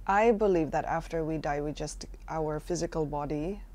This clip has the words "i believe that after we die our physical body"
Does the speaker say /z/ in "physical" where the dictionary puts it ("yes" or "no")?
yes